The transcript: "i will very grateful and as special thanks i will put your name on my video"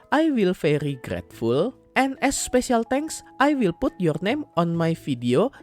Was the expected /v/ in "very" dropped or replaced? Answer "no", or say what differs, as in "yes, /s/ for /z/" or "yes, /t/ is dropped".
yes, /f/ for /v/